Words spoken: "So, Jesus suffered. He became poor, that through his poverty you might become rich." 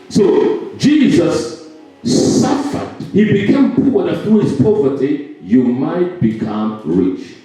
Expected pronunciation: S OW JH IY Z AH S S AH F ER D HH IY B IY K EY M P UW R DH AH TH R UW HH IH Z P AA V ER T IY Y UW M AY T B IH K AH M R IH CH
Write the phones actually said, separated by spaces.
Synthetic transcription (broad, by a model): S OW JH IY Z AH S S AH F ER D HH IY B IY K EY M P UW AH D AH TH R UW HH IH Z P AA V ER T IY Y UW M AY T B IH K AH M R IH CH